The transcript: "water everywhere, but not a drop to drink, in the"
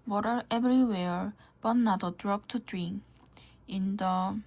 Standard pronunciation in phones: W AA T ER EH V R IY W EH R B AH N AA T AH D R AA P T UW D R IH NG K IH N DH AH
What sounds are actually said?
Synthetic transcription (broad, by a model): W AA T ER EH B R IY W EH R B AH N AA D AH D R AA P T UW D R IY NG IH N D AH